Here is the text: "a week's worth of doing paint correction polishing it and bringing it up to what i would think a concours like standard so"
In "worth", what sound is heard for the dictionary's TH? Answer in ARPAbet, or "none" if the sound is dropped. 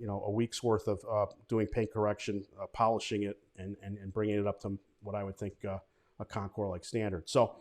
TH